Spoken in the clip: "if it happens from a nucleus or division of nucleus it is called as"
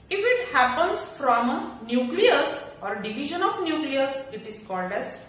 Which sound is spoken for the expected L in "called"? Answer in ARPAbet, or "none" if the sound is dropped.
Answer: L